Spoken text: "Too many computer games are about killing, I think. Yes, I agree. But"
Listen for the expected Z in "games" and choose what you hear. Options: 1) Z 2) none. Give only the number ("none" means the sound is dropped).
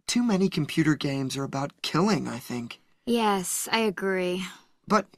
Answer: 1